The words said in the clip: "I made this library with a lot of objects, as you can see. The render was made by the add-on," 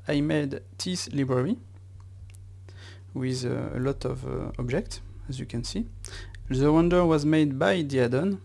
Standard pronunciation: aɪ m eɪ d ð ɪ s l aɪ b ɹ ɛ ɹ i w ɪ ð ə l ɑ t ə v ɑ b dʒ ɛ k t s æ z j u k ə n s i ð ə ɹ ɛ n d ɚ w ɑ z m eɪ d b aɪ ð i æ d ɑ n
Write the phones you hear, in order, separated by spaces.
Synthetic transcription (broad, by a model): aɪ m eɪ d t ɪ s l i b ɹ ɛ ɹ i w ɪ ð ə l ɑ t ə v ɑ b dʒ ɛ k t s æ z j u k ə n s i ð ə w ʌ n d ɚ w ɑ z m eɪ d b aɪ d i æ d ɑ n